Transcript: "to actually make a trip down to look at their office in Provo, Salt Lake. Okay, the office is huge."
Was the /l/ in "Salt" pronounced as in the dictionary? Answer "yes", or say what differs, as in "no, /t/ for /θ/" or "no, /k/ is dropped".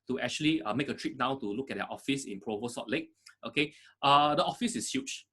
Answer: no, /l/ is dropped